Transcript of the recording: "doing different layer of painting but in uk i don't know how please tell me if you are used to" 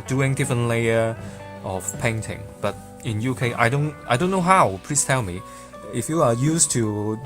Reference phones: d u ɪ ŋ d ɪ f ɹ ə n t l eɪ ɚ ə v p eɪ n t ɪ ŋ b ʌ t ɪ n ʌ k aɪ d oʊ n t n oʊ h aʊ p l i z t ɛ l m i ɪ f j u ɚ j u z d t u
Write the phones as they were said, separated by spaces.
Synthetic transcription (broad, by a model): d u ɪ ŋ d ɪ f ɹ ə n t l eɪ ɚ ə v p eɪ n t ɪ ŋ b ʌ t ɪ n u k aɪ d oʊ n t n oʊ h aʊ p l i s t ɛ l m i ɪ f j u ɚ j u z t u